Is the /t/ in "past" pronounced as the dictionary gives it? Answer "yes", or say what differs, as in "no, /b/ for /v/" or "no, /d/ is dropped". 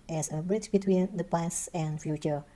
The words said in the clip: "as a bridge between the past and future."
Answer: no, /t/ is dropped